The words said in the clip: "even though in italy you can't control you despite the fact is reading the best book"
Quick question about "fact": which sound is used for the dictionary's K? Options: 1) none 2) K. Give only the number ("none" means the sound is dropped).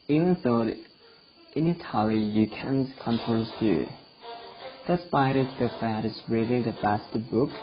1